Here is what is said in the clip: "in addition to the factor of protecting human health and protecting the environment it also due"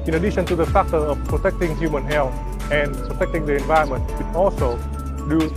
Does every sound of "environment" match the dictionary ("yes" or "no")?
no